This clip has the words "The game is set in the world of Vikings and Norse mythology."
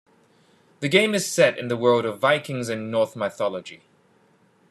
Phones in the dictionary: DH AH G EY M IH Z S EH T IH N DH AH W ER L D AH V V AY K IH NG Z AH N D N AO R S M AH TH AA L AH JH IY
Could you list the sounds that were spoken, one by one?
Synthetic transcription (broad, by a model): DH AH G EY M IH Z S EH T IH N DH AH W ER L D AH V V AY K IH NG Z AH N N AO R TH M AH TH AA L AH JH IY